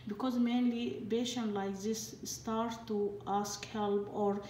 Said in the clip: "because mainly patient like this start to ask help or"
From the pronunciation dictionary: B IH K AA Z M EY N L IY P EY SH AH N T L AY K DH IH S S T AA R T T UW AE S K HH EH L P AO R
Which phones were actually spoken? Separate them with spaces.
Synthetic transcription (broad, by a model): B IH K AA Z M EY N L IY B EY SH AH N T L AY K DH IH S S T AA R T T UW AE S K HH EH L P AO R